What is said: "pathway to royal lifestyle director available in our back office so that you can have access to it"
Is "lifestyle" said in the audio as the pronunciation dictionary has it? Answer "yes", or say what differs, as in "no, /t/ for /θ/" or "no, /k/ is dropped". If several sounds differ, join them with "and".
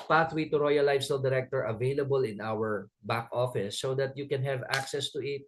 no, /f/ is dropped